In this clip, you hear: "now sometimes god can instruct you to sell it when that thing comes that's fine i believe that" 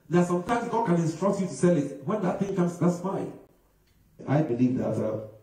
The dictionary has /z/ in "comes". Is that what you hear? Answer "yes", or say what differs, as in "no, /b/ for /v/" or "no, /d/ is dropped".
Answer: no, /s/ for /z/